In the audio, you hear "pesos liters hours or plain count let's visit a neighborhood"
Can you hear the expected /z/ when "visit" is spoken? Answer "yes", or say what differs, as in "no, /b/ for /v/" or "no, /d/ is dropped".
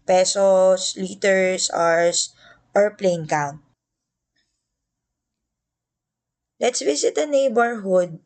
no, /s/ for /z/